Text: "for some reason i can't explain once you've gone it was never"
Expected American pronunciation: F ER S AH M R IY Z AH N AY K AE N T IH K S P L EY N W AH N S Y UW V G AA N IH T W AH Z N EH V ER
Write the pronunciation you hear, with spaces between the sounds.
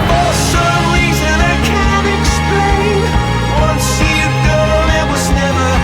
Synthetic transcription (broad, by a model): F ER S AH M R IY Z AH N AY K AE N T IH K S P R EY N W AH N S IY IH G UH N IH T W AH Z N EH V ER